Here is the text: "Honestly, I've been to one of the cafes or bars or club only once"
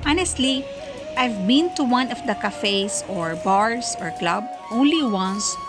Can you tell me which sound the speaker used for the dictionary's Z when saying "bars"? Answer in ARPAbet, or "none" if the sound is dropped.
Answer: S